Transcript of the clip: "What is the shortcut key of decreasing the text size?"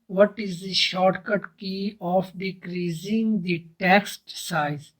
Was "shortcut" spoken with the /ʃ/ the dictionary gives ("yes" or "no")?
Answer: yes